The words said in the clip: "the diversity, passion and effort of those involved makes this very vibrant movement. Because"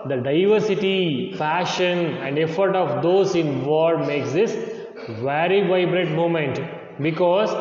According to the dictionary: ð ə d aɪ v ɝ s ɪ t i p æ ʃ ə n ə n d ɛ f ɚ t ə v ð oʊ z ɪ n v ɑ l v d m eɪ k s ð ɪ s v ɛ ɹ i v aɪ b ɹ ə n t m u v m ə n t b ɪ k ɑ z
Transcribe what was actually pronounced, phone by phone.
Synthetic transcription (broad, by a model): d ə d aɪ v ɝ s ɪ t i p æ ʃ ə n ə n d ɛ f ɚ t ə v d oʊ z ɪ n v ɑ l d m eɪ k s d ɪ s v ɛ ɹ i v aɪ b ɹ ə t m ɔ m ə n t b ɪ k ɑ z